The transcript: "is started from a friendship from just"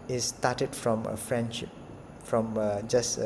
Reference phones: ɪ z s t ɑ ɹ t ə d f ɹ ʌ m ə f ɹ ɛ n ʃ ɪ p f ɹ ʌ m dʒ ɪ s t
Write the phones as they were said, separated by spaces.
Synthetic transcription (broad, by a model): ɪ s t ɑ t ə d f ɹ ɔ m ə f ɹ ɛ n ʃ ɪ p f ɹ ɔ m dʒ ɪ s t